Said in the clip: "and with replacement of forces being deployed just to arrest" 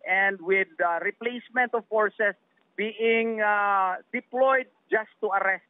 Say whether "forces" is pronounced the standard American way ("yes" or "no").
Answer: no